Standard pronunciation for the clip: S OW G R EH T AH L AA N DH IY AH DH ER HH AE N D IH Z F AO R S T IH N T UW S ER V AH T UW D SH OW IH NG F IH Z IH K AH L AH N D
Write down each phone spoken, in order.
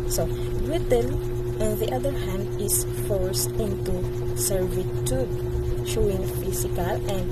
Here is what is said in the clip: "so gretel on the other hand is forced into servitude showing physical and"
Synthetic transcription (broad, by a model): S OW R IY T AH N AA N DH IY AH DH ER HH AE N D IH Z F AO R S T IH N T UW S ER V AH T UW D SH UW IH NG F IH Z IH K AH L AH N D